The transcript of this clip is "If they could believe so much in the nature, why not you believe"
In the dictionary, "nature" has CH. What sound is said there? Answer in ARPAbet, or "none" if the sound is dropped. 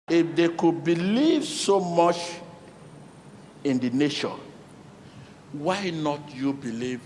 SH